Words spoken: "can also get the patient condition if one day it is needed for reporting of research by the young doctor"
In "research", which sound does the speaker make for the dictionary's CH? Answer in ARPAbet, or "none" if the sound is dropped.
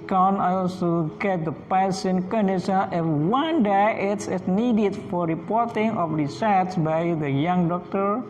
S